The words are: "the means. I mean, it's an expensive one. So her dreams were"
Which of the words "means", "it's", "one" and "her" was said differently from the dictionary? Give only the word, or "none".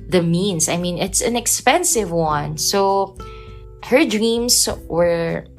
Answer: means